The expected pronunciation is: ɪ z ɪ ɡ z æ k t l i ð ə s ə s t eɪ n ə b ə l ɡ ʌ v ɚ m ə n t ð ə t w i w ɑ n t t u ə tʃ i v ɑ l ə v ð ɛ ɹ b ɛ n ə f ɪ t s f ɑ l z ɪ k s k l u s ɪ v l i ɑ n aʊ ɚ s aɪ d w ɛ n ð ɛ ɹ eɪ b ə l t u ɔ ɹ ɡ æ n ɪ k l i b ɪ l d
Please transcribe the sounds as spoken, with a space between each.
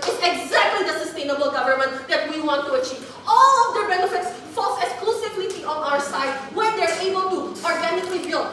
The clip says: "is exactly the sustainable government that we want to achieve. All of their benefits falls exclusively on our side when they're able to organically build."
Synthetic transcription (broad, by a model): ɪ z ɪ ɡ z æ k t l i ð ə s ə s t eɪ n ə b ə l ɡ ʌ v ɚ m ə n t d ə t w i w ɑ n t t u ə tʃ i v ɑ l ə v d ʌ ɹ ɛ l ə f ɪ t s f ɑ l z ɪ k s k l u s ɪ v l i ɑ n aʊ ɚ s aɪ d w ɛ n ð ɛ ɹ eɪ b ə l t u ɔ ɹ ɡ æ n ɪ k l i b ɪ l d